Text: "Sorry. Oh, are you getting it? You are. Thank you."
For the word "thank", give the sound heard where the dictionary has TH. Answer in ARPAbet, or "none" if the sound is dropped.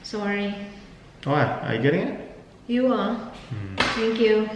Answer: T